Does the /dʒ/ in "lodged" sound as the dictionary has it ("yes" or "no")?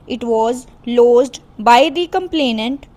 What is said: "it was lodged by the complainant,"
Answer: no